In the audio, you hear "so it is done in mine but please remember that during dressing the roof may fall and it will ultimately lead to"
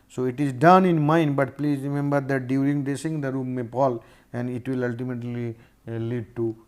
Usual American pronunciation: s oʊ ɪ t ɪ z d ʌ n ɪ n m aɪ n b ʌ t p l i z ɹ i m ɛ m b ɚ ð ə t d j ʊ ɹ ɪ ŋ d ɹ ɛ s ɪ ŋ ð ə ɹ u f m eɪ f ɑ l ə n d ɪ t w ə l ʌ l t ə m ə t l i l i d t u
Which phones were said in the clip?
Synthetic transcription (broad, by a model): s oʊ ɪ t ɪ z d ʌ n ɪ n m aɪ n b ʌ t p l i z ɹ i m ɛ m b ɚ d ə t d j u ɹ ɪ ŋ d ɛ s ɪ ŋ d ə ɹ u m eɪ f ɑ l ə n d ɪ t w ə l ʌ l t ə m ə t l i l i d t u